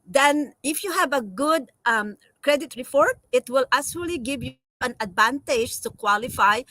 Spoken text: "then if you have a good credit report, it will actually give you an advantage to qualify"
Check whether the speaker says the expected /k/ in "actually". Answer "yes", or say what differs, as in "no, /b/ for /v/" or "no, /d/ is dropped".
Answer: no, /k/ is dropped